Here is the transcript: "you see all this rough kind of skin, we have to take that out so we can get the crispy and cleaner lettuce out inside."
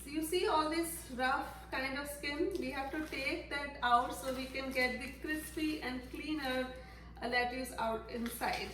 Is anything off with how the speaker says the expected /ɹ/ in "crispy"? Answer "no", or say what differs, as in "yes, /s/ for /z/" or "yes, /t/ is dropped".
no